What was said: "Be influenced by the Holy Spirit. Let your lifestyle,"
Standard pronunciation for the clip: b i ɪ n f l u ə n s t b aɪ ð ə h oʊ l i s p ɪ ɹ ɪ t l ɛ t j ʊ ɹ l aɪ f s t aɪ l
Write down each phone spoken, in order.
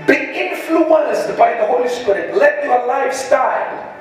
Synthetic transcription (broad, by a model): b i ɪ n f l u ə n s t b aɪ ð ə h oʊ l i s p ɪ ɹ ɪ t l ɛ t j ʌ l aɪ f s t aɪ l